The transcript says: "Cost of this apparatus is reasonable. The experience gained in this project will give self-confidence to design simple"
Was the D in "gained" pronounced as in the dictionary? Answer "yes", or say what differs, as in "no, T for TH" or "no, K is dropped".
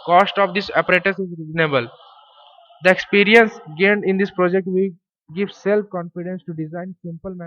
yes